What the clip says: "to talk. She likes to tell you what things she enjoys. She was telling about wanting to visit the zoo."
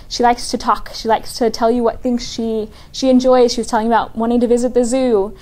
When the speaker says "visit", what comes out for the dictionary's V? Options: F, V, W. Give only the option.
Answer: V